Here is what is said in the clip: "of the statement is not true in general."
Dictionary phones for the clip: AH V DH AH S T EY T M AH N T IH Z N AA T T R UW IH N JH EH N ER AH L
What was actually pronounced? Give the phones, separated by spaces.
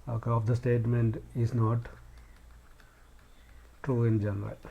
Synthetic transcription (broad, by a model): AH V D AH S T EY T M AH N T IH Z N AA T T R UW IH N JH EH N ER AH L